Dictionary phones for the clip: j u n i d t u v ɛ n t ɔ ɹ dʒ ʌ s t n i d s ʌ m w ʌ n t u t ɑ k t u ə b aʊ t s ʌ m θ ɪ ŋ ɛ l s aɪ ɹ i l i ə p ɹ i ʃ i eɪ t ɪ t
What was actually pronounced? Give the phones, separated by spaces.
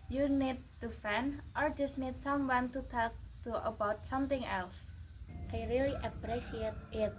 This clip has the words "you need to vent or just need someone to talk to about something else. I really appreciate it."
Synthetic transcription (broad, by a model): j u n i d t u f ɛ n t ɔ ɹ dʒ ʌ s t n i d s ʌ m w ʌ n t u t ɑ k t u ə b aʊ t s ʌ m t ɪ ŋ ɛ l s aɪ ɹ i l i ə p ɹ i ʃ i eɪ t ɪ t